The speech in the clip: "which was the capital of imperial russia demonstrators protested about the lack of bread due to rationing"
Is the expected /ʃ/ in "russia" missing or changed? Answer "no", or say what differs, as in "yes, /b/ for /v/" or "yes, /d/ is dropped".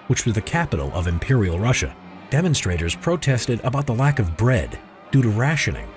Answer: no